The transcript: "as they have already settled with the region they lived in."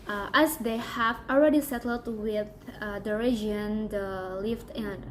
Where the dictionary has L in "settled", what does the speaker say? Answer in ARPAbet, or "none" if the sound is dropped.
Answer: L